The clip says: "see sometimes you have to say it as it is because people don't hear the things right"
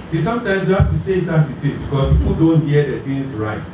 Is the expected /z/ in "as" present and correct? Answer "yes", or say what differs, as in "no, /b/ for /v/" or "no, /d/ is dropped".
no, /s/ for /z/